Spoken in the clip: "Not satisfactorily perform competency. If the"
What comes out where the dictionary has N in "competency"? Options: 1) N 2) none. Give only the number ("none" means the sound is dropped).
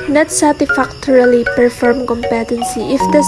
1